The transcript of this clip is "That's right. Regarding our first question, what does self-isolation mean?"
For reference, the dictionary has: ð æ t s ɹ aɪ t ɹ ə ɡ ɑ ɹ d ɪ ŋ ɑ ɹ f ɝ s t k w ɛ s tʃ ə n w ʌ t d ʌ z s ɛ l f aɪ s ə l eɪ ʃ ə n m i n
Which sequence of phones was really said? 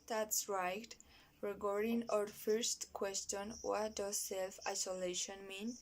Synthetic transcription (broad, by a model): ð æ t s ɹ aɪ t ɹ ə ɡ ɑ ɹ d ɪ ŋ ɑ ɹ f ɝ s t k w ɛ s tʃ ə n w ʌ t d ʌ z s ɛ l f aɪ s ə l eɪ ʃ ə n m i n